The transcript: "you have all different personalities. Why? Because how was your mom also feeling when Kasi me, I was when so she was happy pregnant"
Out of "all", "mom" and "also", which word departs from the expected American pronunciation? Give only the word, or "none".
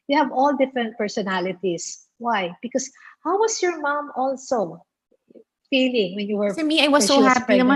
none